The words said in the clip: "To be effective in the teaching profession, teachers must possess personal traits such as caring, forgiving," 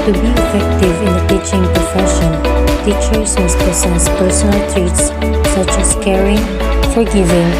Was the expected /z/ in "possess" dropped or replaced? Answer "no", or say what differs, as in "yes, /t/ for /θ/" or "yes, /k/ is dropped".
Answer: yes, /s/ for /z/